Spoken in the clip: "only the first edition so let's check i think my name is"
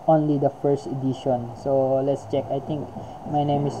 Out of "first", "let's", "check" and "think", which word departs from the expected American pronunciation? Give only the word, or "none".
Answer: think